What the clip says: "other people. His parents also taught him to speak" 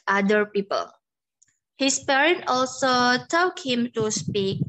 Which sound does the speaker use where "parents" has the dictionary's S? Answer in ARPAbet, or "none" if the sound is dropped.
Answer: none